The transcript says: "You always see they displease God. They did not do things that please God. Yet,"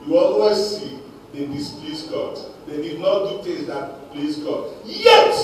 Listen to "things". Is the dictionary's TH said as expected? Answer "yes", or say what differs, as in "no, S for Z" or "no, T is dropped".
no, T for TH